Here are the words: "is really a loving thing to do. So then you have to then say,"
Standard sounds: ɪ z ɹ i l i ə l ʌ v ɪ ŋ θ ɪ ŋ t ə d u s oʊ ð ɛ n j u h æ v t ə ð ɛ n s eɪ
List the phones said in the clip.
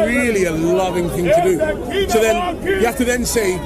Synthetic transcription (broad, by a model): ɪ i l i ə l ʌ v ɪ ŋ θ ɪ ŋ t ə d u s oʊ ð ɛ n j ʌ h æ f t ə ð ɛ n s eɪ